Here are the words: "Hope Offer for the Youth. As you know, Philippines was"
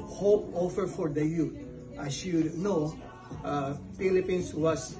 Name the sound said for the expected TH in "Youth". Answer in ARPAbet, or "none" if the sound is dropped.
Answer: T